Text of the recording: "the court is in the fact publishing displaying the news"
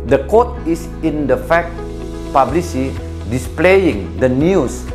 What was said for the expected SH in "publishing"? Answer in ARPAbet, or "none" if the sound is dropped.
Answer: S